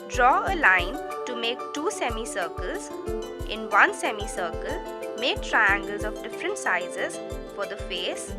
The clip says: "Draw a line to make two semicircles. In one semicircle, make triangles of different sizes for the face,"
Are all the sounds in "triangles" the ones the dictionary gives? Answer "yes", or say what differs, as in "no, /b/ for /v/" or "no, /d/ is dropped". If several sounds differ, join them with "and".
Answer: yes